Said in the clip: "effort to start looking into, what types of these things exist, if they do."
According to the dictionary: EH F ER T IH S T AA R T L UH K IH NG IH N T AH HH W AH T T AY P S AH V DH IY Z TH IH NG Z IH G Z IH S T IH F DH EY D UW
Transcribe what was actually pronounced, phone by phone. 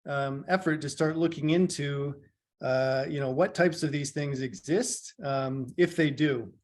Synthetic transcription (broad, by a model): EH F ER T IH S T AA R T L UH K IH NG IH N T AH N W AH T T AY P S AH V DH IY Z TH IH NG Z IH G Z IH S T IH F DH EY D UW